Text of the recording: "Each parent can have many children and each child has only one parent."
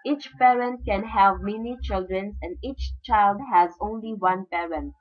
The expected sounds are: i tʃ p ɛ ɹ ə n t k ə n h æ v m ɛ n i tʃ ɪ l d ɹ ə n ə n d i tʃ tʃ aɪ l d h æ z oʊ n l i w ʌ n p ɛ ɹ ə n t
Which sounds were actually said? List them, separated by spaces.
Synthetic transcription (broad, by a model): i tʃ p ɛ ɹ ə n t k ə n h æ v m ɛ n i tʃ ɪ l d ɹ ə n ə n d i tʃ tʃ aɪ l d h æ z oʊ n l i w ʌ n p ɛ ɹ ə n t